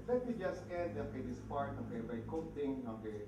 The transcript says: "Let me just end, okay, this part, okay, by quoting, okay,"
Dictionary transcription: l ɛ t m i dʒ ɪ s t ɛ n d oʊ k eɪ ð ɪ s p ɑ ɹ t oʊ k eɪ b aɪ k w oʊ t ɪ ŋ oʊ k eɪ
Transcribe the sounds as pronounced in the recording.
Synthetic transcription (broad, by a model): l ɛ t m i dʒ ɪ s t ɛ d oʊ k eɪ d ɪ s p ɑ ɹ t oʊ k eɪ b aɪ k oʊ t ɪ ŋ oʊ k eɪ